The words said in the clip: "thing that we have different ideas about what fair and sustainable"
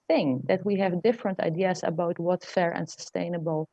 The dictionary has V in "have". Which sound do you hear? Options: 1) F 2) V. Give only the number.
2